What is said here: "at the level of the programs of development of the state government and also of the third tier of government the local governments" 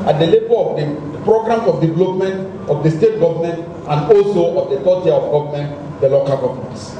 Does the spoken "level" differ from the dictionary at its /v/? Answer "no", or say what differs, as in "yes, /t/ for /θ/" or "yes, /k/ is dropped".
yes, /b/ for /v/